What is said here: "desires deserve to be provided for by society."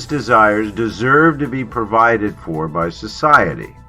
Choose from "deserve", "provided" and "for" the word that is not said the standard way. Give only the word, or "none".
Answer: none